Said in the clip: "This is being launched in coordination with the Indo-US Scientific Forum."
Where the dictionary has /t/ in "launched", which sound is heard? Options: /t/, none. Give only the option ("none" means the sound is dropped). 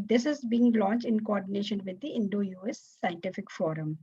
/t/